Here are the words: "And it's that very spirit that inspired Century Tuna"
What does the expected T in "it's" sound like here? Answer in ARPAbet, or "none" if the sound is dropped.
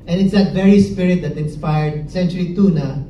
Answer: T